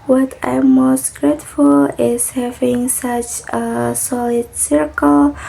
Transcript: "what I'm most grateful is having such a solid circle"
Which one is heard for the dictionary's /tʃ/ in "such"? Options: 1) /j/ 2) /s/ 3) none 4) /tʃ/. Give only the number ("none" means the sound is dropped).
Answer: 4